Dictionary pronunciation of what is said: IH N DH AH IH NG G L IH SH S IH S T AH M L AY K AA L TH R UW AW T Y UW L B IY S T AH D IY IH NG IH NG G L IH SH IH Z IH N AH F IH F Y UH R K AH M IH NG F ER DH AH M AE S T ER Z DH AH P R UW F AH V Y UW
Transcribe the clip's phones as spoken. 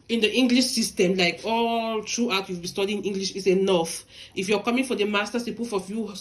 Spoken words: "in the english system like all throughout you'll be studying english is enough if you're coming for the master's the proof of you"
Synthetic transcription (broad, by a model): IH N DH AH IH NG G L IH SH S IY S T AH M L AY K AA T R UW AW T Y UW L B IY S T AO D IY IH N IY NG G L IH SH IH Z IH N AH F IH F Y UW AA K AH M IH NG F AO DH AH M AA S T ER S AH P UW F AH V Y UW